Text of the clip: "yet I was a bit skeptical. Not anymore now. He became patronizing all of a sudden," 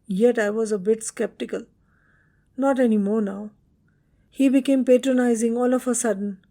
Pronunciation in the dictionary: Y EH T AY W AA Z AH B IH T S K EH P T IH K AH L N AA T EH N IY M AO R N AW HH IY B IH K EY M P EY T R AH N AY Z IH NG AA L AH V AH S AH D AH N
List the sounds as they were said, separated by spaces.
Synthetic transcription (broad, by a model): Y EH T AY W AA Z AH B IH T S K EH P T IH K AH L N AA T EH N IY M AO R N AW HH IY B IH K EY M P EY T R AH N AY Z IH NG AA L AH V AH S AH D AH N